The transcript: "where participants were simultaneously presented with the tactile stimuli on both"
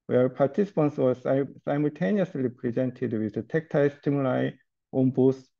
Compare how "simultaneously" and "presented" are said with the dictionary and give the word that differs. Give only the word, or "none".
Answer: none